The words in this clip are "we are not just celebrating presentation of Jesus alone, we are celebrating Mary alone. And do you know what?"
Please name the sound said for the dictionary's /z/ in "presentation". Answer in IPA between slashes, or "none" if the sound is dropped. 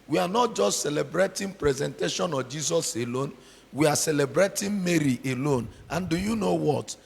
/z/